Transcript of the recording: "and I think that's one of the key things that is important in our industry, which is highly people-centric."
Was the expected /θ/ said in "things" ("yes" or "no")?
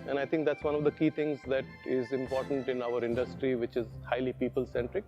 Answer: no